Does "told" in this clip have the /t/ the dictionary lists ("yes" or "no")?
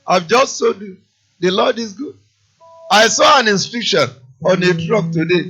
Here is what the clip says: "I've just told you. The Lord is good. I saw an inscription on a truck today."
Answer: no